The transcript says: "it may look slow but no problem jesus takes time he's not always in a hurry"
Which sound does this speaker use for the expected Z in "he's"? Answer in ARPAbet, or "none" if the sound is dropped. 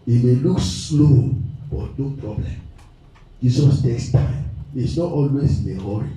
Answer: S